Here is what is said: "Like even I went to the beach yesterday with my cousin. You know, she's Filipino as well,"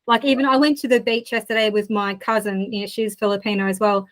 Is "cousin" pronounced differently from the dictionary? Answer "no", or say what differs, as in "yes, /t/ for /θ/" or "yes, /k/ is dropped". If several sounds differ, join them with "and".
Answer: no